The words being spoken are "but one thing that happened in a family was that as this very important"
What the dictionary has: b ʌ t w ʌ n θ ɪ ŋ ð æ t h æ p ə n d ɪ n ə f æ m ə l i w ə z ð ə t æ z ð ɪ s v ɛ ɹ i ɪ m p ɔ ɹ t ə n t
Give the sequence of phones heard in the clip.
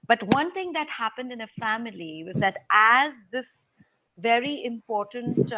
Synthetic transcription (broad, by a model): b ʌ t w ʌ n t ɪ ŋ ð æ t h æ p ə n d ɪ n ə f æ m ə l i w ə z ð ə t æ z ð ɪ s v ɛ ɹ i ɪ m p ɔ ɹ t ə n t